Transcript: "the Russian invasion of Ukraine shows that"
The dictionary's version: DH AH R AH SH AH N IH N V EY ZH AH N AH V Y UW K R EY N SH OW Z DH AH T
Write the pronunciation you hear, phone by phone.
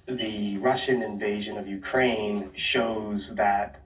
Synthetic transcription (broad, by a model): DH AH R AH SH AH N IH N V EY ZH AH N AH V Y UW K R EY N SH OW Z DH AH T